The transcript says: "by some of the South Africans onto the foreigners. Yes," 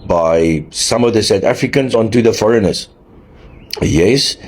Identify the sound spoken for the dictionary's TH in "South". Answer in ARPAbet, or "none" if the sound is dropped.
T